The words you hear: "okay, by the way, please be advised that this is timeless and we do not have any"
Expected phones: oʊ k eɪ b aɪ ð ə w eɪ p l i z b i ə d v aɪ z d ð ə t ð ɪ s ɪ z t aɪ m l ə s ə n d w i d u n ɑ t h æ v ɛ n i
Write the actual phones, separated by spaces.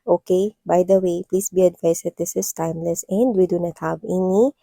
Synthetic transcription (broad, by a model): oʊ k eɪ b aɪ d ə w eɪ p l i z b i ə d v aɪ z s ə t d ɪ s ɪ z t aɪ m l ə s ə n d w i d u n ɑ t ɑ b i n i